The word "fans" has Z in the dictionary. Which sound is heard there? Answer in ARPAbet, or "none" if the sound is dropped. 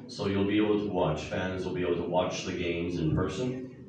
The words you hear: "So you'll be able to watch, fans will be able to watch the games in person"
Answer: Z